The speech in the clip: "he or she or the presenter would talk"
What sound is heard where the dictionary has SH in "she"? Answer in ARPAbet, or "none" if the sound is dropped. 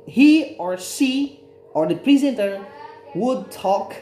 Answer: S